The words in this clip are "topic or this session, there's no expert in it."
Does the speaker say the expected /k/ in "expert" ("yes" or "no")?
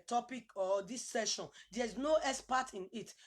no